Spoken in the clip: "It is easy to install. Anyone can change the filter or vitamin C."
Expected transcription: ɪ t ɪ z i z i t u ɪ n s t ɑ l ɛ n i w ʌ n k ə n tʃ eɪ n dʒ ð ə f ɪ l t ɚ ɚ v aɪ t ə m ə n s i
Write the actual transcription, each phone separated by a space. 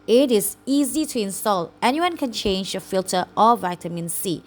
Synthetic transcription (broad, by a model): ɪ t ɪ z i z i t u ɪ n s t ɑ l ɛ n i w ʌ n k ə n tʃ eɪ n dʒ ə f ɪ l t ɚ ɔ v aɪ t ə m ə n s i